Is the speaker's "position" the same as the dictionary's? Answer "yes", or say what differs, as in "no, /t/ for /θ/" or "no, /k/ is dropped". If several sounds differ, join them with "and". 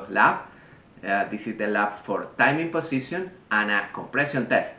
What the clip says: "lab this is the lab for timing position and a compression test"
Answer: no, /s/ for /z/